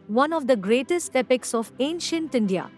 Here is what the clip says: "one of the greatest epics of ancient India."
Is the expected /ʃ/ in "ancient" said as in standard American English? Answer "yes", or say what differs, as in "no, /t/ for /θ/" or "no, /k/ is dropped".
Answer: yes